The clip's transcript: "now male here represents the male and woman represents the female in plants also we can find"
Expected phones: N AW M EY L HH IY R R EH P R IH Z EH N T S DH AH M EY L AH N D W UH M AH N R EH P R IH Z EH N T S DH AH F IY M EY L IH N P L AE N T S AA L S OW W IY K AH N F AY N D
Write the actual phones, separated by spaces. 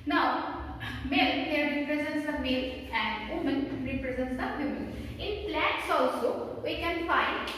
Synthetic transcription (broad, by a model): N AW M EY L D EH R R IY P R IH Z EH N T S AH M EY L AH N D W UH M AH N R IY P R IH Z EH N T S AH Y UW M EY N IH N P L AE T S AA L S OW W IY K AH N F AY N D